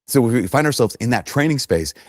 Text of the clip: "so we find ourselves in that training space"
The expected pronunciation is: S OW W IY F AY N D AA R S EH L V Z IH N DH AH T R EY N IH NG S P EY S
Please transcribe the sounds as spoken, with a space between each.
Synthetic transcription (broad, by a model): S OW W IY F AY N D AA R S EH L V Z IH N DH AH T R EY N IH NG S P EY S